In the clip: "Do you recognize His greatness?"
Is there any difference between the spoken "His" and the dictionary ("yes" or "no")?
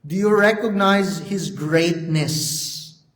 no